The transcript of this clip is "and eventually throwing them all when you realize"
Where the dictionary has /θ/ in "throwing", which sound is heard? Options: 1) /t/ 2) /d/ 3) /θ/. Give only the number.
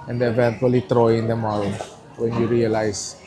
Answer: 1